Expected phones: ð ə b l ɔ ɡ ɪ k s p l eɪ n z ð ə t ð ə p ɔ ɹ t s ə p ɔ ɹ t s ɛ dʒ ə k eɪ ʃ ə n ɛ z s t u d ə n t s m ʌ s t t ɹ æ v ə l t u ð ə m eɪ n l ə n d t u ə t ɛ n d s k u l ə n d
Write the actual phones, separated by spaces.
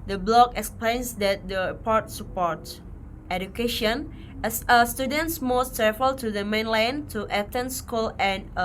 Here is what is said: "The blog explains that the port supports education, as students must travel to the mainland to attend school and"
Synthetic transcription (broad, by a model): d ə b l ɔ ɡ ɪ k s p l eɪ n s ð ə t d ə p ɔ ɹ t s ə p ɔ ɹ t ɛ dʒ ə k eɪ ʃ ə n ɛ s s t u d ə n t s m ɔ s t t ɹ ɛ f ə l t u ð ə m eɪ n l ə n t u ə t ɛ n s k u l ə n